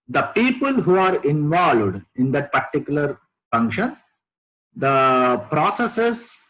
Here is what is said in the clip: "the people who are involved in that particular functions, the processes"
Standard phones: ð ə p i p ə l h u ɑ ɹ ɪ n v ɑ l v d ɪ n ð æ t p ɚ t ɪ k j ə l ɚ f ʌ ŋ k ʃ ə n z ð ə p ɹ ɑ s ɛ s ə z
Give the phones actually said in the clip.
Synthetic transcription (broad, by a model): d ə p i p ə l h u ɑ ɹ ɪ n v ɑ l v d ɪ n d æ t p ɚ t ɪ k j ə l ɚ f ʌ ŋ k ʃ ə n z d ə p ɹ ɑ s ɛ s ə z